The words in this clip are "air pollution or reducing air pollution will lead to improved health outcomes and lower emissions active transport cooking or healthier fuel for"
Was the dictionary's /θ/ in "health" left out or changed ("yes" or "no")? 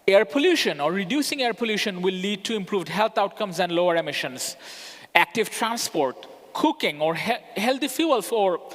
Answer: yes